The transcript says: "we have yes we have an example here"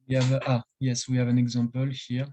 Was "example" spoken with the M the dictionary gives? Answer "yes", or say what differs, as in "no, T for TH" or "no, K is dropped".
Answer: no, M is dropped